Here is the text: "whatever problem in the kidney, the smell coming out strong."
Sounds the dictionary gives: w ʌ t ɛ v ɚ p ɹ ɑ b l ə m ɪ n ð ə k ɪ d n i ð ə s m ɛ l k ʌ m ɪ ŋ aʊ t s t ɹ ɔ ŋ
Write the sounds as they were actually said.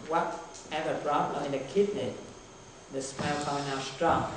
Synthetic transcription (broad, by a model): w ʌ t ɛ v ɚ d ɹ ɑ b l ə ɪ n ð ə k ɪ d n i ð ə s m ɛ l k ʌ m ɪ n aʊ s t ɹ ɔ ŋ